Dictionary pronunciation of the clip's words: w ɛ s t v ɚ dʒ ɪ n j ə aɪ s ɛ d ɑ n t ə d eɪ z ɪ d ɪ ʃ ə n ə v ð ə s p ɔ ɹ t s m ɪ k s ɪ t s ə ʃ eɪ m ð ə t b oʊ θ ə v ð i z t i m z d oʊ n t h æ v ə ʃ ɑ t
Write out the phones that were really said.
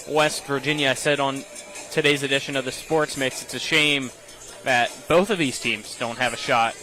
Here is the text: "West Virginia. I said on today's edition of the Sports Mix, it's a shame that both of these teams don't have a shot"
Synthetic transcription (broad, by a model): w ɛ s t v ɚ dʒ ɪ n j ə aɪ s ɛ d n t ə d eɪ z ɪ d ɪ ʃ ə n ə v ð ə s p ɔ ɹ t s m ɪ k s ɪ t s ə ʃ eɪ m ð ə t b oʊ θ ə v ð i z t i m z d oʊ n t h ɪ v ə ʃ ɑ t